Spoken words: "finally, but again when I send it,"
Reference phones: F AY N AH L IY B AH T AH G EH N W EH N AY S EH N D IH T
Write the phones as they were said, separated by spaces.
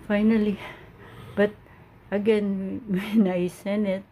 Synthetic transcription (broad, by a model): F AY N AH L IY B AH T AH G EH N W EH N AY S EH N IH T